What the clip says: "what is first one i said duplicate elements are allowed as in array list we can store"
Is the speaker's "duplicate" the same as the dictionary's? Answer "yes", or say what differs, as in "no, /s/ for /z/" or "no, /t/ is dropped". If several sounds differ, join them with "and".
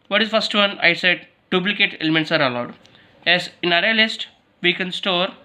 no, /b/ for /p/